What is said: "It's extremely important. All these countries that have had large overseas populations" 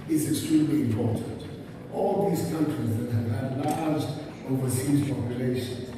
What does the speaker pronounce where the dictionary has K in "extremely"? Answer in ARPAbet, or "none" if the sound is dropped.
K